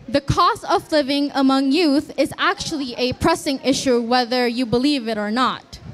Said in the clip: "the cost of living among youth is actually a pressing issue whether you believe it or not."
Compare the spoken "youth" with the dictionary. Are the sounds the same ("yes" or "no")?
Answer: yes